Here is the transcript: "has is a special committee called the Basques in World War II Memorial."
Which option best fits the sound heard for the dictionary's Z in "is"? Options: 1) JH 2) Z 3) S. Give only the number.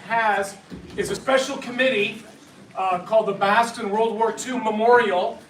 2